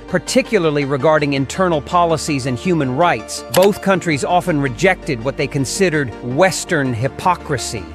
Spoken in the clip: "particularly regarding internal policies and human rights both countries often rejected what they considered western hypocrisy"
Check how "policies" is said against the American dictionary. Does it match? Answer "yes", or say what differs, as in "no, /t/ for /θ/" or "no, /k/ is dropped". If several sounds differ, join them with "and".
yes